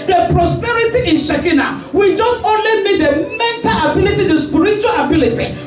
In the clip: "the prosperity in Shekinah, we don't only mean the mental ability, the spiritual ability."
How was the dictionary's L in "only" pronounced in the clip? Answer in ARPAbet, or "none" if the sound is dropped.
L